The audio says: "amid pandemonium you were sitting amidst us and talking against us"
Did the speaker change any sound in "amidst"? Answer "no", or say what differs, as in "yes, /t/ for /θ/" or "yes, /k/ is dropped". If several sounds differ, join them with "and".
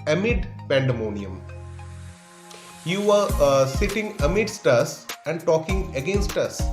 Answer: no